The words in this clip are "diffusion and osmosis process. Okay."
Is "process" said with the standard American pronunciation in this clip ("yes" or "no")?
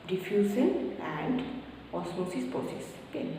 no